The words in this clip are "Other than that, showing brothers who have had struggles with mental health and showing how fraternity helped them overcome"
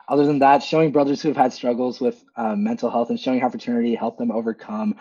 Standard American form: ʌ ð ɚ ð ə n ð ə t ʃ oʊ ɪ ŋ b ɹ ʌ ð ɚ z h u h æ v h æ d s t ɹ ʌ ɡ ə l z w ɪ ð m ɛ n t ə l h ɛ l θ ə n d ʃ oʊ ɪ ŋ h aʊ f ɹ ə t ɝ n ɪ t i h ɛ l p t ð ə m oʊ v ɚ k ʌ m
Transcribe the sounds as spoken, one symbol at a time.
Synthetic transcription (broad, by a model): ʌ ð ɚ ð ə n ð ə t ʃ oʊ ɪ ŋ b ɹ ʌ ð ɚ z h u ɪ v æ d s t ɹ ʌ ɡ l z w ɪ ð m ɛ n t l h ɛ l θ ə n ʃ oʊ ɪ ŋ h aʊ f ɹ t ɝ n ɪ t i h ɛ l p ð ə m oʊ v ɚ k ʌ m